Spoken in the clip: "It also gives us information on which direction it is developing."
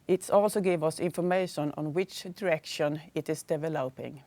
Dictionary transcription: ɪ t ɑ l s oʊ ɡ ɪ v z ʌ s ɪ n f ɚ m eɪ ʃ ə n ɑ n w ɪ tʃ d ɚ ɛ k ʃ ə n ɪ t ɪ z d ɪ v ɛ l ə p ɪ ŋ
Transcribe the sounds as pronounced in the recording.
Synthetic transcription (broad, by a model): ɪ t ɑ l s oʊ ɡ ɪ v ʌ s ɪ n f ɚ m eɪ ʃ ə n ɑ n w ɪ tʃ d ɚ ɛ k ʃ ə n ɪ t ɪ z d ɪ v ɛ l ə p ɪ ŋ